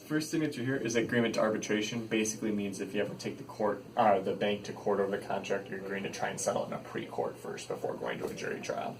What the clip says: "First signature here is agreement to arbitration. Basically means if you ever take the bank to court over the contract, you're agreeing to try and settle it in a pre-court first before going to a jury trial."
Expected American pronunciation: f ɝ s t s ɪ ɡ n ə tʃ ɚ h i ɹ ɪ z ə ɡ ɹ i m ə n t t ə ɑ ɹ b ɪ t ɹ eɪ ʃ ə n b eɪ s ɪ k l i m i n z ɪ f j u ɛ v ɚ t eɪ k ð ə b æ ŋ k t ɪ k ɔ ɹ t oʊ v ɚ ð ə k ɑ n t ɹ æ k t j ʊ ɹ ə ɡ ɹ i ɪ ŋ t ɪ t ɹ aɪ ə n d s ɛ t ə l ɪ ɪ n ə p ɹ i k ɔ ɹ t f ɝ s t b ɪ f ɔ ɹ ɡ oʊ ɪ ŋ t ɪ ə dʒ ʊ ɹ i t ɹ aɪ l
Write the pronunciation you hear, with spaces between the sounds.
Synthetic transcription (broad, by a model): f ɝ s t θ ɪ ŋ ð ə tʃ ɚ h i ɹ ɪ z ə ɡ ɹ i m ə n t t ə ɑ ɹ b ɪ t ɹ eɪ ʃ ə n b eɪ s ɪ k l i m i n z ɪ f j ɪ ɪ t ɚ t eɪ k ð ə b æ ŋ k t ɪ k ɔ ɹ t oʊ v ɚ ð ə k ɑ n t ɹ æ k t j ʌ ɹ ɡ ɔ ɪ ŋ t ɪ t ɹ aɪ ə n s ɛ t l ɪ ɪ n ə p ɹ i k ɔ ɹ t f ɝ s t b ɪ f ɔ ɹ ɡ oʊ ɪ ŋ t ɪ ə dʒ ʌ ɹ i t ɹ aɪ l